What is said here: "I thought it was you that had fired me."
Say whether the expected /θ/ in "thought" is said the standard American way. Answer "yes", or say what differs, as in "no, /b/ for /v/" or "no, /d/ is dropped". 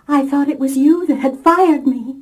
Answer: yes